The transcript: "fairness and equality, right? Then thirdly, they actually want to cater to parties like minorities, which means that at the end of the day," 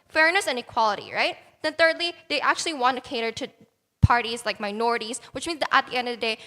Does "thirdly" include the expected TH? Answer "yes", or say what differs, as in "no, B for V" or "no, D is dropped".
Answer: yes